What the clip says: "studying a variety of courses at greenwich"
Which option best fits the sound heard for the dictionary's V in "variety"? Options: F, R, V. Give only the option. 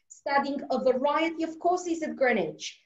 V